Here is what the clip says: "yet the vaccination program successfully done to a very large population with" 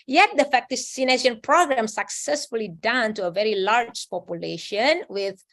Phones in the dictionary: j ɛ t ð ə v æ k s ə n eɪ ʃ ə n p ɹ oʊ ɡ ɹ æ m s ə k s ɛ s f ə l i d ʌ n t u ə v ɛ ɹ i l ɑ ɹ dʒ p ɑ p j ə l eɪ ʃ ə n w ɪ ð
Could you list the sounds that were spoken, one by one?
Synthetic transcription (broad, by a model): j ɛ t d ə f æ k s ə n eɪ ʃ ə n p ɹ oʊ ɡ ɹ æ m s ə k s ɛ s f ə l i d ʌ n t u ə v ɛ ɹ i l ɑ ɹ dʒ p ɑ p j ə l eɪ ʃ ə n w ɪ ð